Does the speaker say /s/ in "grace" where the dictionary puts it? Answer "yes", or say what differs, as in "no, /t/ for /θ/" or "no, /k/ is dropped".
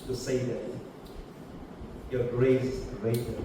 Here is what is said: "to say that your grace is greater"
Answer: no, /s/ is dropped